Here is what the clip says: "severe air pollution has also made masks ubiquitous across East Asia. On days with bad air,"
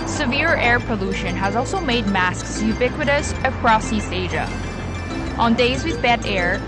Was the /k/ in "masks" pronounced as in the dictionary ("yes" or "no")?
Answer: yes